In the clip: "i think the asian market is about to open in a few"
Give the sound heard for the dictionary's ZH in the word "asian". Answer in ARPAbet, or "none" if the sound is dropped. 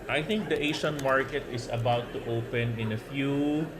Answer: SH